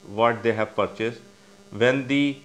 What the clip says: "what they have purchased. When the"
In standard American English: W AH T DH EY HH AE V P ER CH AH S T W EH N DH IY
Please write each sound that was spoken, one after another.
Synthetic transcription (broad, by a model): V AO T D EY HH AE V P ER CH AH S T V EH N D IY